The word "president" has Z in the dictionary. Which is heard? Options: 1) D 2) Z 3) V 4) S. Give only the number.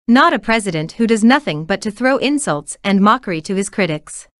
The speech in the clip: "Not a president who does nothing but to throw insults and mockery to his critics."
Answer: 2